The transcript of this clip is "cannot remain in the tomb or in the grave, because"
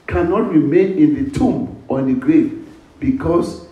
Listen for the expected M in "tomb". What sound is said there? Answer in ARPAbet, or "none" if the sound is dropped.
M